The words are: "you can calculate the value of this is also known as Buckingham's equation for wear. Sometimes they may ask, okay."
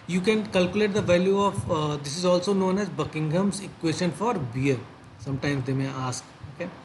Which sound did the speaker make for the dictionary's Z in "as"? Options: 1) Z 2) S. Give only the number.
1